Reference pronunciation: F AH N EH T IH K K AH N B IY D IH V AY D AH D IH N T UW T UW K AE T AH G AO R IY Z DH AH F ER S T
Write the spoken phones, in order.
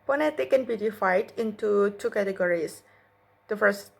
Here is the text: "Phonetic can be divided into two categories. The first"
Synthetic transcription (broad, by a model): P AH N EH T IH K K AH N B IY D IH F AY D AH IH N T UW T UW K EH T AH G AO R IY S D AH F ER S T